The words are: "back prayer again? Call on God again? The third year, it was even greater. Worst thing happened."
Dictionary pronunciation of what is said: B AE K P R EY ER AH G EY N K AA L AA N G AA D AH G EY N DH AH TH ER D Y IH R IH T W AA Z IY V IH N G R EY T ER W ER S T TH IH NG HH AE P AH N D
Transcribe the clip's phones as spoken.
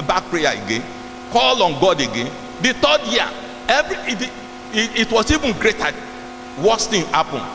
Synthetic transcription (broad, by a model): B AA K P R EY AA AH G EY N K AA L AA N G AA D AH G EY N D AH T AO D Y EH R IH T W AA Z IY V IH N G R EY T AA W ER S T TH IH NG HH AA P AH N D